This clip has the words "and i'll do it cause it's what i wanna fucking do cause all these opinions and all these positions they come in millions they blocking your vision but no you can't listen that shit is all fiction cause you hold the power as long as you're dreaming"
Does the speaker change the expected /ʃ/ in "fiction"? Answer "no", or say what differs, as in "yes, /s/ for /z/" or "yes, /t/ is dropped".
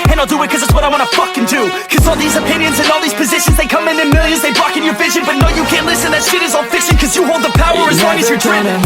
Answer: yes, /s/ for /ʃ/